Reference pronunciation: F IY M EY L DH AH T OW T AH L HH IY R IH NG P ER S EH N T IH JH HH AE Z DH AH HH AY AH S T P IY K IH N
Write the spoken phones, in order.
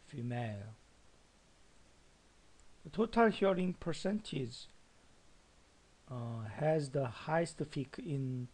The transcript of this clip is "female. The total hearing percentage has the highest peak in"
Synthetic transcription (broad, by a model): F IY M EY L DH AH T OW T AH L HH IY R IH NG P ER S EH N T IH JH HH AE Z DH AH HH AY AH S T F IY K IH N